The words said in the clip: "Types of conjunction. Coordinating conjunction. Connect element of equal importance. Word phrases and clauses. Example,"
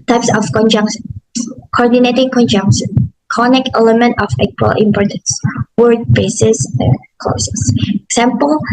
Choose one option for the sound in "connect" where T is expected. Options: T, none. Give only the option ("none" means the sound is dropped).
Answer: none